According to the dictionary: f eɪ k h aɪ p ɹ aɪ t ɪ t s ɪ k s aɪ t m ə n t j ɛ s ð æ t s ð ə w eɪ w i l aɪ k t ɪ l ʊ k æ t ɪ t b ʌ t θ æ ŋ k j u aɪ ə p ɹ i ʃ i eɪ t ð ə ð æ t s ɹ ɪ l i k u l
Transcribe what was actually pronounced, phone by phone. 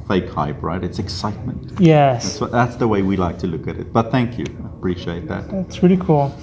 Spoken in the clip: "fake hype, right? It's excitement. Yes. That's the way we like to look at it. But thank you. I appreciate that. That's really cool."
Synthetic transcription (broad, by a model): f eɪ k h aɪ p ɹ aɪ t ɪ t s ɪ k s aɪ t m ə n t j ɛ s ð æ t s ð ə w eɪ w i l aɪ k t ɪ l ʊ k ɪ t ɪ t b ʌ t θ æ ŋ k j u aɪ ə p ɹ i ʃ i eɪ t ð ə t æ t s ɹ ɪ l i k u l